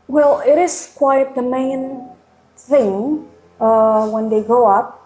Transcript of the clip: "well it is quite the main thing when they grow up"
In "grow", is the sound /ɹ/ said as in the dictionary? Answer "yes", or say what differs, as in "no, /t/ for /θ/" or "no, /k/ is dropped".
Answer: no, /ɹ/ is dropped